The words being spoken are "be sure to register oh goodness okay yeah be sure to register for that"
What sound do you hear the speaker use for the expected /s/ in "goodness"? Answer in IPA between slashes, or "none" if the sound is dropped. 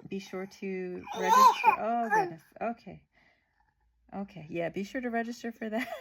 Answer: none